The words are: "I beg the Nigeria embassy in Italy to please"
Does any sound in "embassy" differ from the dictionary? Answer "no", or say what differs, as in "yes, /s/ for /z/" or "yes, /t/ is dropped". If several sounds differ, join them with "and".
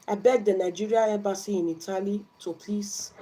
yes, /m/ is dropped